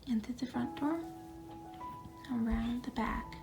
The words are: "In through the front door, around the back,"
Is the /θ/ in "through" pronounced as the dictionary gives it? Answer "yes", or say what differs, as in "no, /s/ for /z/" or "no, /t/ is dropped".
no, /t/ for /θ/